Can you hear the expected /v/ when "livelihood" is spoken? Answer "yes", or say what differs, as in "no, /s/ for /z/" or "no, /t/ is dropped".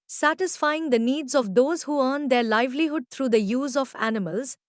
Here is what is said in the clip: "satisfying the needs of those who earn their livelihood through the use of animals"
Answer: yes